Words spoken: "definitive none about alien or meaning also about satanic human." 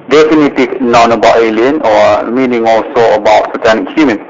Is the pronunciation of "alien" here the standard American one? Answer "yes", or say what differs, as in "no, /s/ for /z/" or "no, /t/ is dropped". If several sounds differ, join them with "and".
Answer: yes